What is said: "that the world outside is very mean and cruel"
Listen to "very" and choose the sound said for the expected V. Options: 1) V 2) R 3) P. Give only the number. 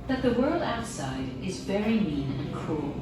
1